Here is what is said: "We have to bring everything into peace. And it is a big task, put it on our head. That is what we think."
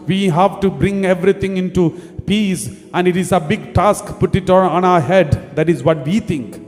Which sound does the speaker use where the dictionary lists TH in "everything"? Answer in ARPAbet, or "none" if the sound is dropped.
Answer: T